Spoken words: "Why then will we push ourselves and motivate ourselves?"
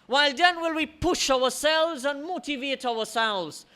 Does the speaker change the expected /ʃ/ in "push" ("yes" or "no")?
no